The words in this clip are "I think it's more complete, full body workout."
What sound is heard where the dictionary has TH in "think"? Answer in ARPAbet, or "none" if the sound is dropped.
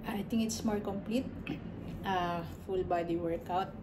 T